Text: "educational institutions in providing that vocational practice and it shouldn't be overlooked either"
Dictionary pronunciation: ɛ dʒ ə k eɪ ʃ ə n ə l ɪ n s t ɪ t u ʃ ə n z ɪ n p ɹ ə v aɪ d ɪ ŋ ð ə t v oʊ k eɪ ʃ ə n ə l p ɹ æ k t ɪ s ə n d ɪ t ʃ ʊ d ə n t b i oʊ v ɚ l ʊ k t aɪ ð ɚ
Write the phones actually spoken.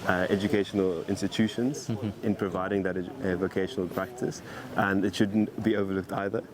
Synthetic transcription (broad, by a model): ɛ dʒ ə k eɪ ʃ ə n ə l ɪ n s t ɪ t u ʃ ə n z ɪ n p ɹ ə v aɪ d ɪ ŋ ð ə t v oʊ k eɪ ʃ ə n ə l p ɹ æ k t ɪ s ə n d ɪ t ʃ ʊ d n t b i oʊ v ɚ l ʊ k t aɪ ð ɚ